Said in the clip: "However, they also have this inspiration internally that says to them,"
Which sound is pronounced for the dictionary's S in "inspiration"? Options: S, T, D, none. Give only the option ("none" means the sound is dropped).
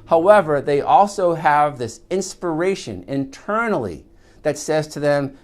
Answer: S